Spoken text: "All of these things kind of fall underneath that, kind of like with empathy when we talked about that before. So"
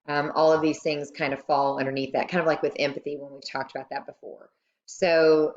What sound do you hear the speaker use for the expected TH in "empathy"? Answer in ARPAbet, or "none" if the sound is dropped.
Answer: TH